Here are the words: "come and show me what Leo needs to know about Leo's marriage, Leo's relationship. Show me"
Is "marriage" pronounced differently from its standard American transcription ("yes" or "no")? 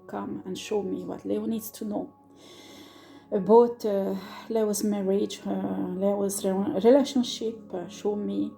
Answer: no